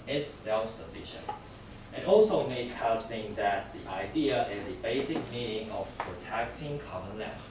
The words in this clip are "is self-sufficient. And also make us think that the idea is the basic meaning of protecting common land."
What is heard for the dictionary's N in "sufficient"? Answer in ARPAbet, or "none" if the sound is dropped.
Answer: N